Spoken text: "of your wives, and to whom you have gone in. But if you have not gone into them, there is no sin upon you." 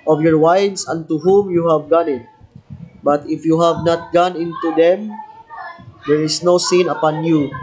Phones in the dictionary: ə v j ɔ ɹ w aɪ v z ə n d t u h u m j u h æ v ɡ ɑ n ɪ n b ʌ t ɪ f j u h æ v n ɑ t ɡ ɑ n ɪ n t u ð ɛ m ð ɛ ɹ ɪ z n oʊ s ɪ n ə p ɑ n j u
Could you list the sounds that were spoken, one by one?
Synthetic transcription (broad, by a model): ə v j ɔ ɹ w aɪ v s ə n t u h u m j u h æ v ɡ ɑ n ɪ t b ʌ t ɪ f j u h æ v n ɑ t ɡ ɑ n ɪ n t u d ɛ m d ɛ ɹ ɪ s n oʊ s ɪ n ə p ɑ n j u